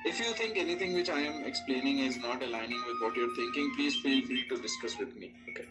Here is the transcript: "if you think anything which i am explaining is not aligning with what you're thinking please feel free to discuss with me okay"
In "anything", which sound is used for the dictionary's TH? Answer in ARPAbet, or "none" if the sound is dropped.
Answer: T